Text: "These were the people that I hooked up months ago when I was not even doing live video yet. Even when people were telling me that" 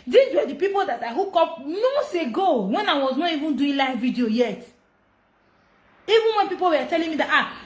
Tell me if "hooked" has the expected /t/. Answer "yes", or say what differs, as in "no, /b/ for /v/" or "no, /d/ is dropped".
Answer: no, /t/ is dropped